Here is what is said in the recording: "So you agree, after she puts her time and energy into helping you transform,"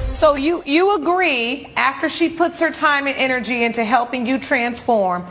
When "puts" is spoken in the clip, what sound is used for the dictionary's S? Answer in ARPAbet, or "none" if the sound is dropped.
S